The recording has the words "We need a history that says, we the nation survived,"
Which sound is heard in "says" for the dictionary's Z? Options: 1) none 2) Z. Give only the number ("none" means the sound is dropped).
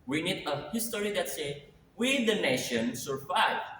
1